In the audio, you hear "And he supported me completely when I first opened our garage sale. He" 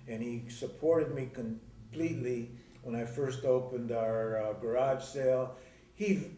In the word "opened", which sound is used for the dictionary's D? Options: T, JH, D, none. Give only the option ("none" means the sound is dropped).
D